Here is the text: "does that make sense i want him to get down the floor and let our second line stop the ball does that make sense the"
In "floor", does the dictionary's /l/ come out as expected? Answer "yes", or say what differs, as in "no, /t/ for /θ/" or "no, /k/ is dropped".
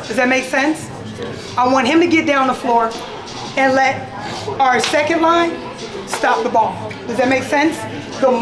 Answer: yes